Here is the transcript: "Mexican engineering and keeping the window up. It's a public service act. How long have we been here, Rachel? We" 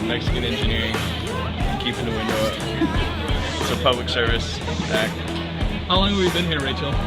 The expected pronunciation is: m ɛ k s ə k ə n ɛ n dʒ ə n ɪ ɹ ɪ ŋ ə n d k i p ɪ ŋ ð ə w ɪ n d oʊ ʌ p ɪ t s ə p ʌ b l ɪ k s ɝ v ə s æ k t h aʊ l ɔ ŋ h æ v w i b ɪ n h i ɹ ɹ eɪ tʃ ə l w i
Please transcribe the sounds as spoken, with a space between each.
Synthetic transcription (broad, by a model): m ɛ k s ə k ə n ɛ n dʒ ə n ɪ ɹ ɪ ŋ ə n k i p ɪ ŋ ð ə w ɪ n d oʊ ʌ p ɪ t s ə p ʌ b l ɪ k s ɝ v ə s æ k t h aʊ l ɔ ŋ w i v b ɪ n h i ɹ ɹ eɪ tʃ l